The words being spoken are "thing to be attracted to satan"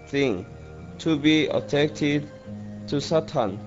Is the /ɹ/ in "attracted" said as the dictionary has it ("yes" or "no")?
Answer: no